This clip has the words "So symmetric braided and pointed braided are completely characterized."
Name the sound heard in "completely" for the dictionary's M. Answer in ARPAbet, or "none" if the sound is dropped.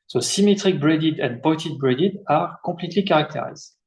none